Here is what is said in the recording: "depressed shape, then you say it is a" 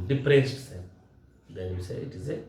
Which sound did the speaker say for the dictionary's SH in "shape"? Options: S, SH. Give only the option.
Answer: S